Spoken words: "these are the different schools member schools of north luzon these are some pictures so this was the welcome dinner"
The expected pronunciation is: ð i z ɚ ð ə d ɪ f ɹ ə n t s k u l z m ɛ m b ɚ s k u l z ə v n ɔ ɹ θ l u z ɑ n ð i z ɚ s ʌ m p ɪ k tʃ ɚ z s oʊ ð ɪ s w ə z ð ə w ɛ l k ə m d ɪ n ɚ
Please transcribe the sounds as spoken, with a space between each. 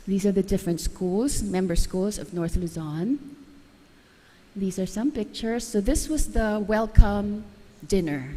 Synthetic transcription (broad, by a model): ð i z ɚ ð ə d ɪ f ɹ ə n t s k u l z m ɛ m b ɚ s k u l z ə v n ɔ ɹ θ l u z ɑ n ð i z ɚ s ʌ m p ɪ k tʃ ɚ z s oʊ ð ɪ s w ə z ð ə w ɛ l k ə m d ɪ n ɚ